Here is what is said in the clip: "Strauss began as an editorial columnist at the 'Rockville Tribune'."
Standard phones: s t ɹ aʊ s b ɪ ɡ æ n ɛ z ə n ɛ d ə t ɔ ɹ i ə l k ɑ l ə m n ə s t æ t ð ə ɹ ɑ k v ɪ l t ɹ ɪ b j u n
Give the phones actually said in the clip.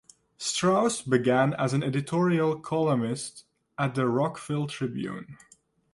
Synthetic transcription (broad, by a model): s t ɹ aʊ s b ɪ ɡ æ n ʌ z ə n ɛ d ə t ɔ ɹ i ə l k ɑ l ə m ə s t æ t ð ə ɹ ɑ k f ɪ l t ɹ ɪ b j u n